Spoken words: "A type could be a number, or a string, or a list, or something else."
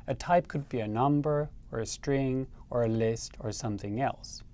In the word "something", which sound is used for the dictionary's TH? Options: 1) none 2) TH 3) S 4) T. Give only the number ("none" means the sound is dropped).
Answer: 2